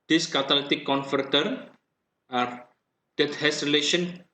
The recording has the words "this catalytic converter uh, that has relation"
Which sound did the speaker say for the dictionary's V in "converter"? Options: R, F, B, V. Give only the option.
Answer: F